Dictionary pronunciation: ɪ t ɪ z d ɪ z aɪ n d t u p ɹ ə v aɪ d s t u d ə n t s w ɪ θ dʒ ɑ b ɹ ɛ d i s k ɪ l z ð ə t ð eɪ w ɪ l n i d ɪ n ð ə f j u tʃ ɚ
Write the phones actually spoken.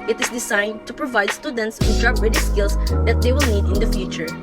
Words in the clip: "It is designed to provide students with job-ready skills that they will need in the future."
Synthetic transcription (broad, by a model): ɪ t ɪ s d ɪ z aɪ n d t u p ɹ ə v aɪ d s t u d ə n t s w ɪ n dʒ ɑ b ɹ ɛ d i s k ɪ l s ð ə t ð eɪ w ɪ l n i d ɪ n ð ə f j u tʃ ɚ